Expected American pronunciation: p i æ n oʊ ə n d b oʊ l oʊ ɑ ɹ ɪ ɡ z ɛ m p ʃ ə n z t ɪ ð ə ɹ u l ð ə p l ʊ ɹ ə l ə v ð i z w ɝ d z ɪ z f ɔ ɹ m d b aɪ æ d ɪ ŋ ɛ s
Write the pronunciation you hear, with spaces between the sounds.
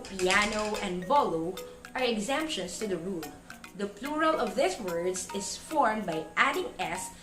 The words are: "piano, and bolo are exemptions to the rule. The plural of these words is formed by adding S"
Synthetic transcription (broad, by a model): p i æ n oʊ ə n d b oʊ l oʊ ɑ ɹ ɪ ɡ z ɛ m p ʃ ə n s t ɪ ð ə ɹ u l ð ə p l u ɹ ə l ə v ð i s w ɝ d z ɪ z f ɔ ɹ m b aɪ æ d ɪ ŋ ɛ s